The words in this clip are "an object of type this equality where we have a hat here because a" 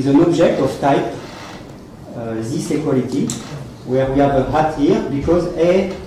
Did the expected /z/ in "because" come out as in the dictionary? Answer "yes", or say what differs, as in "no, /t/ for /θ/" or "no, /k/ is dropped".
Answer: yes